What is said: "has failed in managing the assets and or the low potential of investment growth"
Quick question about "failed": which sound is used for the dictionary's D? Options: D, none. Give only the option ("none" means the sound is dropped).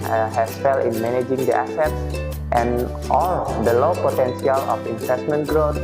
none